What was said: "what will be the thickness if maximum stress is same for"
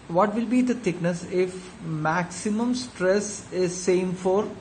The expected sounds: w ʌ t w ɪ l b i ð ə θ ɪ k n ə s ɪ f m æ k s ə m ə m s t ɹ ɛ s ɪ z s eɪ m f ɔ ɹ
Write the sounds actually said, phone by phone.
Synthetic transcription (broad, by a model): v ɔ t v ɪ l b i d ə t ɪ k n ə s ɪ f m æ k s ə m ə m s t ɹ ɛ s ɪ z s eɪ m f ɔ ɹ